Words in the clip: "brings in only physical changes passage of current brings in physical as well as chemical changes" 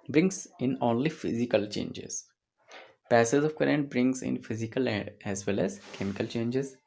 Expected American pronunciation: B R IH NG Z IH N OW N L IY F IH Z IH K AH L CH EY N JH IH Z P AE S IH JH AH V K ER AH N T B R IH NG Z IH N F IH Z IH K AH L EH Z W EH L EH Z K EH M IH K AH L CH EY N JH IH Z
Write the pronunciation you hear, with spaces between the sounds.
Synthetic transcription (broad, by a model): B R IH NG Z IH N OW N L IY F IH Z IH K AH L CH EY N JH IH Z P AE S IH Z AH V K ER AH N T B R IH NG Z IH N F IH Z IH K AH L EH Z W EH L EH Z K EH M IH K AH L CH EY N JH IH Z